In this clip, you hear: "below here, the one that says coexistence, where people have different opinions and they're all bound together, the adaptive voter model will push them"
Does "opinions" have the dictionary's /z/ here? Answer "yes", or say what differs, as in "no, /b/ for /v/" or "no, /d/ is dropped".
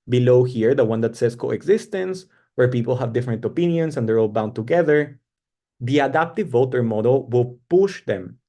no, /s/ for /z/